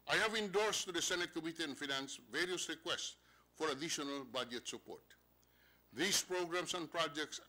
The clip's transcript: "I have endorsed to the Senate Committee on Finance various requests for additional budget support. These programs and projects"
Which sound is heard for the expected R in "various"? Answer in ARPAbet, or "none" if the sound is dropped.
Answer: R